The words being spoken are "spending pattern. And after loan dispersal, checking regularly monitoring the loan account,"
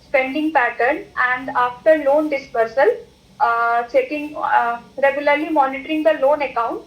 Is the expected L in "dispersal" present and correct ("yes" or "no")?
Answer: yes